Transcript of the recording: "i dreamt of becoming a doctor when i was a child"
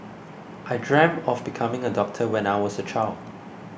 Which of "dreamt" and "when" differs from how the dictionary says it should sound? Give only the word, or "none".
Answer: dreamt